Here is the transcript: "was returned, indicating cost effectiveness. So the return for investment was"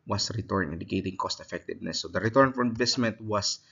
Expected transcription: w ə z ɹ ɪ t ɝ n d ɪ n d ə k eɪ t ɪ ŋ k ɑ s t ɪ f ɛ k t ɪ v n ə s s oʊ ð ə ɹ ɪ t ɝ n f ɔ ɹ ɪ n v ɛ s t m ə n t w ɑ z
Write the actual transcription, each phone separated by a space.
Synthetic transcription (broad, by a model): w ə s ɹ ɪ t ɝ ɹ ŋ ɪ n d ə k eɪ t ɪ ŋ k ɑ s t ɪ f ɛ k t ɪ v n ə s s oʊ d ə ɹ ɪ t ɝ n f ɔ ɹ ɪ n v ɛ s t m ə n t w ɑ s